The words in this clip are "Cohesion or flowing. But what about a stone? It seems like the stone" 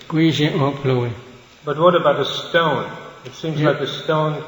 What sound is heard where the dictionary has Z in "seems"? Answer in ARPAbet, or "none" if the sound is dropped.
Z